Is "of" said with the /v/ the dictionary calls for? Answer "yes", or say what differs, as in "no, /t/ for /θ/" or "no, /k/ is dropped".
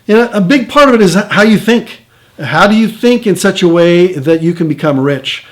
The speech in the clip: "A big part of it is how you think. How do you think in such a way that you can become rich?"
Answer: yes